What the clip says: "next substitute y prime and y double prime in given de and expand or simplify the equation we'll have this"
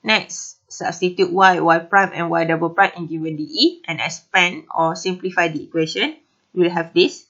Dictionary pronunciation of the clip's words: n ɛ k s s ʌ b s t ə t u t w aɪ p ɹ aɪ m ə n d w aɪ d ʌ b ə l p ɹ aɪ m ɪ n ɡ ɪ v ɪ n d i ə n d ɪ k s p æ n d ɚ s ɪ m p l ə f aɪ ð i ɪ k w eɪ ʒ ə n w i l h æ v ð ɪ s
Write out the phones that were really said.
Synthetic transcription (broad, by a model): n ɛ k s s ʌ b s t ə t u t w aɪ p ɹ aɪ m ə n w aɪ d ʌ b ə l p ɹ aɪ m ɪ n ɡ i w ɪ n d i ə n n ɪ s p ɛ n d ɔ s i m p l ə f aɪ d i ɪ k w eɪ ʃ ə n w i l h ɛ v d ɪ s